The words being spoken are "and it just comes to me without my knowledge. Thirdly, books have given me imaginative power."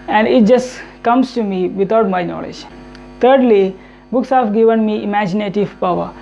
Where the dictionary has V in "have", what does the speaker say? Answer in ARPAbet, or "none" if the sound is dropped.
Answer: F